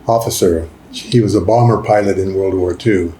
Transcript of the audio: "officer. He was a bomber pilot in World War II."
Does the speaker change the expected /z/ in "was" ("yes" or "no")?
no